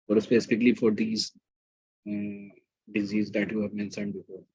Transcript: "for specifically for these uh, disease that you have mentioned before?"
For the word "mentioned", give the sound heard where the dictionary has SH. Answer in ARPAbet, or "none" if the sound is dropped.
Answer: S